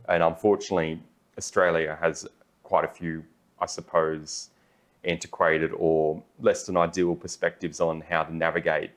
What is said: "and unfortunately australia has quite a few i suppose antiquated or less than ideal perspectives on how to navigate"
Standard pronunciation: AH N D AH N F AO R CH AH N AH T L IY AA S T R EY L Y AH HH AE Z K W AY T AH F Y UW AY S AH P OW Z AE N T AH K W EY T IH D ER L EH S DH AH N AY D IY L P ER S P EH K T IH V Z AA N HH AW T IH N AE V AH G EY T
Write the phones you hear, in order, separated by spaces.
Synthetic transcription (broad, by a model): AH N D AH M F AO R CH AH N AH T L IY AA S T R EY L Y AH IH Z K W AY T AH F Y UW AY S AH P OW Z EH N T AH K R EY T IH D ER L EH S DH AH N AY D IY L P ER S P EH K T IH V Z N HH AW T IH N AE V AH G EY T